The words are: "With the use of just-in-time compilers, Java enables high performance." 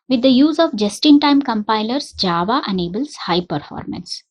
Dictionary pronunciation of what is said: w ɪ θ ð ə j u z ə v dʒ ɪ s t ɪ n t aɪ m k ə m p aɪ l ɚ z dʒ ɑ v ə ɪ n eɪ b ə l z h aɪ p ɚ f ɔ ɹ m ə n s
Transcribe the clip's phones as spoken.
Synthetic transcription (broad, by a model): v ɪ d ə j u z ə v dʒ ɪ s t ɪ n t aɪ m k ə m p aɪ l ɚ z dʒ ɑ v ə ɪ n eɪ b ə l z h aɪ p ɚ f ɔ ɹ m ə n s